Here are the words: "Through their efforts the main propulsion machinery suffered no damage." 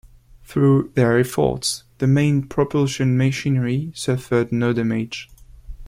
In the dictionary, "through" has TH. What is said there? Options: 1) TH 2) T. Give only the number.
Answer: 1